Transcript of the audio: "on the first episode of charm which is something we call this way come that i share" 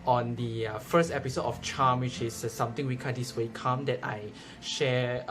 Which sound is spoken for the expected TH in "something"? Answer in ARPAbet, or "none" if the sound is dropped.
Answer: T